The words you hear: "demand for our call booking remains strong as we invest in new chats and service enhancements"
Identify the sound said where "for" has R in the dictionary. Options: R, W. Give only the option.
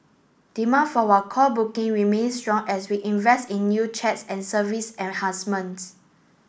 W